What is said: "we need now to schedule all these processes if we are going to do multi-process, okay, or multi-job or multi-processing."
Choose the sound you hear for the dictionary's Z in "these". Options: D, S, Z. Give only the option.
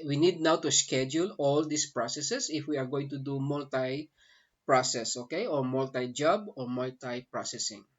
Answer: S